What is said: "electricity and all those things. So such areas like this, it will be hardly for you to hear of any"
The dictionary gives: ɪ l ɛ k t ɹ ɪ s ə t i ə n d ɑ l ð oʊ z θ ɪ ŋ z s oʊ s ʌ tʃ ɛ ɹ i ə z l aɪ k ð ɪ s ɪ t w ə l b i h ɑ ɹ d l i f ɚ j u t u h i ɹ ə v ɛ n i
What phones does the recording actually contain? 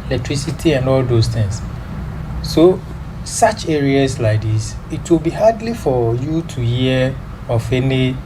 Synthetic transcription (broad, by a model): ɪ l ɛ k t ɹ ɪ s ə t i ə n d ɑ l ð oʊ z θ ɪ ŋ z s oʊ s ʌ tʃ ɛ ɹ i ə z l aɪ k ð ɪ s ɪ t w ə l b i h ɑ d l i f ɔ j u t u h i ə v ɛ n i